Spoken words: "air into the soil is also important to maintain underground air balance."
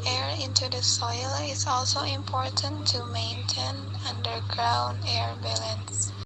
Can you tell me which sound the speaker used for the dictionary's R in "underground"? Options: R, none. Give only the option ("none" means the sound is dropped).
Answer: R